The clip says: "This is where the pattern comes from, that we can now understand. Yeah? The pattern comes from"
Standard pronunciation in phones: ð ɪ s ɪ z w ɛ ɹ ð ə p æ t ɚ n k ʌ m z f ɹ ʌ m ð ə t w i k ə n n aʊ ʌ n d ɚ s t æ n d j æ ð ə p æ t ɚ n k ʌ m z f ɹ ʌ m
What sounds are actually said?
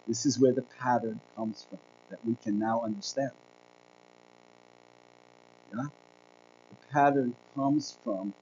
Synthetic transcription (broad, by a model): ð ɪ s ɪ z w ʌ ɹ ð ə p æ t ɚ n k ʌ m z f ɹ ʌ m ð ə t w i k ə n n aʊ ʌ n d ɚ s t æ n d j æ ð ə p æ t ɚ n k ʌ m z f ɹ ʌ m